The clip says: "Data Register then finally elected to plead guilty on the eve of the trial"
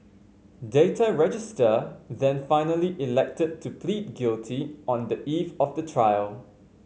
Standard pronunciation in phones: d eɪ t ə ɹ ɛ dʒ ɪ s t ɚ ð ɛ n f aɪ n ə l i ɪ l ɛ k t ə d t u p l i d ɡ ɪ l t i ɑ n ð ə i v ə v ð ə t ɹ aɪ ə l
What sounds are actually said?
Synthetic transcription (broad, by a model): d eɪ t ə ɹ ɛ dʒ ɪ s t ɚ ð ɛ n f aɪ n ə l i ɪ l ɛ k t ə d t u p l i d ɡ ɪ l t i ɑ n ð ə i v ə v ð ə t ɹ aɪ ə l